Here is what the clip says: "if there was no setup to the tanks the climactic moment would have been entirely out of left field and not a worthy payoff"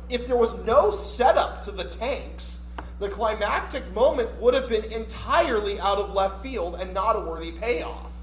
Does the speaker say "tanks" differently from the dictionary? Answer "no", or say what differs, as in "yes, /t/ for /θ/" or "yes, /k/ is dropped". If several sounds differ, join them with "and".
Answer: no